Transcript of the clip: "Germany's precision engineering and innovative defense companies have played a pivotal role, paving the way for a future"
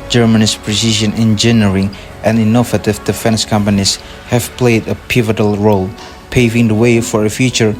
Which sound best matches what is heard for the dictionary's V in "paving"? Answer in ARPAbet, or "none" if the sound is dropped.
V